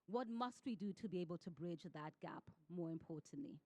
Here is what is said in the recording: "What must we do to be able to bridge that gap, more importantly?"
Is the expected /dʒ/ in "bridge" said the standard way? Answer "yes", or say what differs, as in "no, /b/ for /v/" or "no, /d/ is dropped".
yes